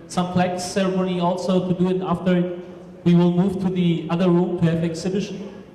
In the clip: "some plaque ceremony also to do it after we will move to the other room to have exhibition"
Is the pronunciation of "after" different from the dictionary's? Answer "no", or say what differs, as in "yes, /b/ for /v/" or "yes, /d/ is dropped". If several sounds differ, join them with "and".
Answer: no